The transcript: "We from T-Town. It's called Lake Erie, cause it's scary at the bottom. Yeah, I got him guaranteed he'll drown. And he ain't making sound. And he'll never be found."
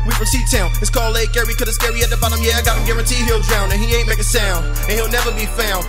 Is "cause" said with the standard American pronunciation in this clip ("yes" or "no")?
no